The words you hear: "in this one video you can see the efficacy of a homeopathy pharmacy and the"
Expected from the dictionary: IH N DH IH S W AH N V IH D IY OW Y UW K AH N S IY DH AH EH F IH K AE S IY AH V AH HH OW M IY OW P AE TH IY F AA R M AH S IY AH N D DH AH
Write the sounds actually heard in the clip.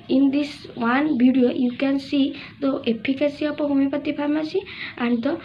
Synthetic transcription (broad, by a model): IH N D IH S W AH N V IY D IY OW Y UW K AH N S IY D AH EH P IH K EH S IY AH P AH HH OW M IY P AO T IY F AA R M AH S IY AH N D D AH